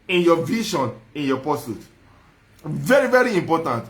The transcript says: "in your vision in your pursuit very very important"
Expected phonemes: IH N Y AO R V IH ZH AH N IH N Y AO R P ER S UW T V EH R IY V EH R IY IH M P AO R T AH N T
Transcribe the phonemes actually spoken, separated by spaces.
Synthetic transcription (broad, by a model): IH N Y AO V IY SH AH N IH N Y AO P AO S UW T V EH R IY V EH R IY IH M P AO T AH N T